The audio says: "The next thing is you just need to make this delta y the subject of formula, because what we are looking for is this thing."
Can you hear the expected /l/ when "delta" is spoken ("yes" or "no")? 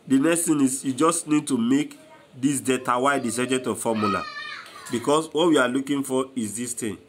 no